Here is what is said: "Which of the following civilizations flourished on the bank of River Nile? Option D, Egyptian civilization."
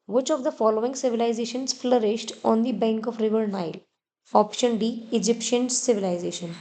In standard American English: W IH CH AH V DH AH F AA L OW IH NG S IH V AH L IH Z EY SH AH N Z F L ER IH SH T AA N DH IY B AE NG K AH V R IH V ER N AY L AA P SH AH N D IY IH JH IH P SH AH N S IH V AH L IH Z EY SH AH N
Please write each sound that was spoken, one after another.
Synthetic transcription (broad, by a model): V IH CH AH V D AH F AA L OW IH NG S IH V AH L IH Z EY SH AH N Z F L ER IH SH T AA N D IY B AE NG K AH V R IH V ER N AY L AA P SH AH N D IY IH JH IH P SH AH N S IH V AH L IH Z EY SH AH N